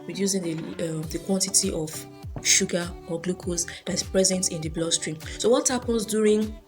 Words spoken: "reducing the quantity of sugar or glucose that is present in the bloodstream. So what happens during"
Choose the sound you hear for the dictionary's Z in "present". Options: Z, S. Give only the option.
Z